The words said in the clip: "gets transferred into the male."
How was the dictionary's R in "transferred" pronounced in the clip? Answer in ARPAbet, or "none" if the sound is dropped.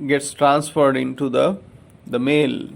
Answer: R